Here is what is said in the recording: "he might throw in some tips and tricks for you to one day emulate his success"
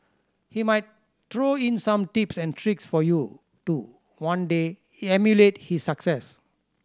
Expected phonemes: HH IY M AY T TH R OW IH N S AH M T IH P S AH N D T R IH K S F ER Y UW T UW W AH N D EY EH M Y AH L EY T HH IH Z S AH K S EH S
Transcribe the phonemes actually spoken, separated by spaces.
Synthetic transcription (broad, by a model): HH IY M AY T T R OW IH N S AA M T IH P S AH N T R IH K S F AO Y UW T UW W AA N D EY EH M Y AH L EY T HH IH S AH K S EH S